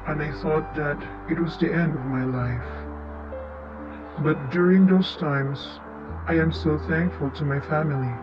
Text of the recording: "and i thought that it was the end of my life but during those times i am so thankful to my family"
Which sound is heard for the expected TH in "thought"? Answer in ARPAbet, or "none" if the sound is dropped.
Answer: TH